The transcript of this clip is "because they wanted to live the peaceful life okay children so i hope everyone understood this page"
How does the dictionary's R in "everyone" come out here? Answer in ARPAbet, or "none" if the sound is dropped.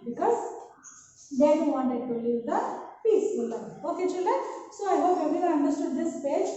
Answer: none